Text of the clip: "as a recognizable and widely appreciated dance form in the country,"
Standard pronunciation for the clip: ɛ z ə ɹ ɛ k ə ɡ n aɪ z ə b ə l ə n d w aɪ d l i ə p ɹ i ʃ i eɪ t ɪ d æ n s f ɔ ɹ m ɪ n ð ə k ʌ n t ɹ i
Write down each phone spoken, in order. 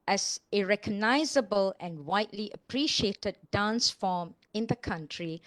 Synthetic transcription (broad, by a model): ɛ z ə ɹ ɛ k ə ɡ n aɪ z ə b ə l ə n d w aɪ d l i ə p ɹ i ʃ i eɪ t ɪ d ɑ n s f ɔ m ɪ n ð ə k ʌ n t ɹ i